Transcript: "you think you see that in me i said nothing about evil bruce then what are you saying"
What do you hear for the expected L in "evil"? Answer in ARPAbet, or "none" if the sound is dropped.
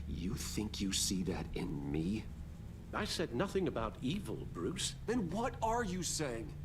L